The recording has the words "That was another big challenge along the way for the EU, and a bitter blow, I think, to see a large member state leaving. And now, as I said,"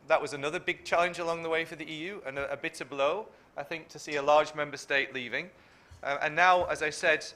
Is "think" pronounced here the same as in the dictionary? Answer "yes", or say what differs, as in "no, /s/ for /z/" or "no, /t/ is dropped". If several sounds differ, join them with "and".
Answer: yes